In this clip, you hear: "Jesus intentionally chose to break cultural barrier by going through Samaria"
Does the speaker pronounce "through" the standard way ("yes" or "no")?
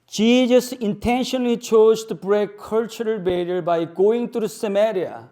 no